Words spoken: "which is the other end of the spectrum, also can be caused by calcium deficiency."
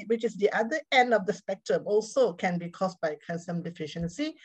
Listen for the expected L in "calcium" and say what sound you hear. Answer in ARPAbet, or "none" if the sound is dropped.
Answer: N